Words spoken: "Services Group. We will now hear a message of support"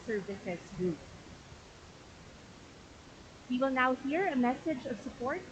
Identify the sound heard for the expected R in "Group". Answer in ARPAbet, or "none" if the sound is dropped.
none